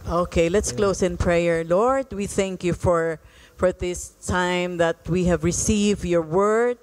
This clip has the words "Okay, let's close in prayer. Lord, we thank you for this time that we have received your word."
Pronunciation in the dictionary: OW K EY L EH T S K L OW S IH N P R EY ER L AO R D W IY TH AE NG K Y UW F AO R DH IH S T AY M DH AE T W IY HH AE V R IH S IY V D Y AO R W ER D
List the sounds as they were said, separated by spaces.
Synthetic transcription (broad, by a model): OW K EY L EH T S K L OW S IH N P R EY ER L AO R D W IY TH AE NG K Y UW F AO R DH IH S T AY M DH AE T W IY HH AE V R IH S IY V D Y AO R W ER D